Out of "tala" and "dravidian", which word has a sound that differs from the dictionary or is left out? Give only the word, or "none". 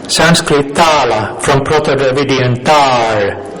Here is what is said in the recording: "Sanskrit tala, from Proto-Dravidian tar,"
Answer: dravidian